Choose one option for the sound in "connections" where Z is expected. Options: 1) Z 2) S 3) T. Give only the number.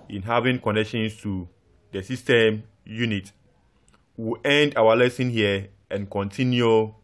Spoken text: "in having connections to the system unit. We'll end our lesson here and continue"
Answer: 2